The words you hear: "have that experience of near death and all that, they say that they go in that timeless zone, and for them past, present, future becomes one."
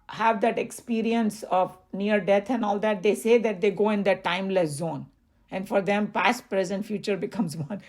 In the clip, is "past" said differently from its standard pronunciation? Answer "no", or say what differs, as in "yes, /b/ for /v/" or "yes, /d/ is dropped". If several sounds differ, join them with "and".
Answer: no